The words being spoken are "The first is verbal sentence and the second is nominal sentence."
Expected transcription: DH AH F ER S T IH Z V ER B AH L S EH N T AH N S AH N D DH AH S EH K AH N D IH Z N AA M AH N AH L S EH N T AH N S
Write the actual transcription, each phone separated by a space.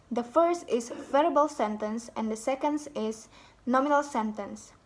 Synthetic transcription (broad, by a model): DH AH F ER S T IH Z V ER B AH L S EH N T AH N S AH N D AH S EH K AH N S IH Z N AA M AH N AH L S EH N T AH N S